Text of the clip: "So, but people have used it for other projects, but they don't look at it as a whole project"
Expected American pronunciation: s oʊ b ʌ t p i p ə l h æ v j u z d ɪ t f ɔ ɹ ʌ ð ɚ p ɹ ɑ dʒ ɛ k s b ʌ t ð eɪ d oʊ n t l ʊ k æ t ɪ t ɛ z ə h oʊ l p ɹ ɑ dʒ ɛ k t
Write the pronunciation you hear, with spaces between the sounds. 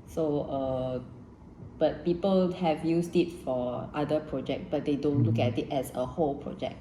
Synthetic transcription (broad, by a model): s oʊ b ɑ t p i p ə l h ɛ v j u s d ɪ t f ɔ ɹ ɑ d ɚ p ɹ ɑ dʒ ɛ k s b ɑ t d eɪ d oʊ n t l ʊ k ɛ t ɪ t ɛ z ə h oʊ l p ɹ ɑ dʒ ɛ k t